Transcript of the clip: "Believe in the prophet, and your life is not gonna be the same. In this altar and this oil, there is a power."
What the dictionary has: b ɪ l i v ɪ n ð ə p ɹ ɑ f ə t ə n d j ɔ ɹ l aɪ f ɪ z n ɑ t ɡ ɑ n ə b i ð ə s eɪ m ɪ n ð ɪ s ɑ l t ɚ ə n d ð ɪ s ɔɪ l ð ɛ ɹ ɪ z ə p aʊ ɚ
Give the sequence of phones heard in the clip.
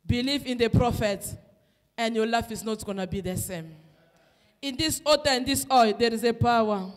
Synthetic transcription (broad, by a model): b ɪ l i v ɪ n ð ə p ɹ ɑ f ə t ə n d j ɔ l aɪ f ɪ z n ɑ t ɡ ɑ n ə b i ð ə s eɪ m ɪ n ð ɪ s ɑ t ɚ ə n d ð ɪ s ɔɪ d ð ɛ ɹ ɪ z ə p aʊ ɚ